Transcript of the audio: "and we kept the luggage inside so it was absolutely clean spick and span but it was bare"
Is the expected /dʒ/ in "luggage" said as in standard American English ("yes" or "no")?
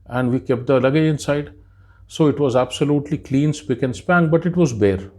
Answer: no